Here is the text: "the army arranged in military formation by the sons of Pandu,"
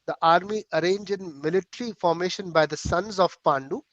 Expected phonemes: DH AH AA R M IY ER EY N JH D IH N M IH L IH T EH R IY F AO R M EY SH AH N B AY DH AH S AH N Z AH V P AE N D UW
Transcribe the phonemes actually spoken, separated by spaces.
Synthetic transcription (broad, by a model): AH AA R M IY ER EY N JH IH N M IH L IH T R IY F AO R M EY SH AH N B AY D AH S AH N Z AH V P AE N D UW